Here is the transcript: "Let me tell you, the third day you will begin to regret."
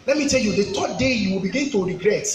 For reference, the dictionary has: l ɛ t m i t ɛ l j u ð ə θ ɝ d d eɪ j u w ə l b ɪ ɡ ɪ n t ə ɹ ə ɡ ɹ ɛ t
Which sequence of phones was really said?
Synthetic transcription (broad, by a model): l ɛ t m i t ɛ l j u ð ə t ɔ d d eɪ j u w ə l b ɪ ɡ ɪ n t ə ɹ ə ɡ ɹ ɛ t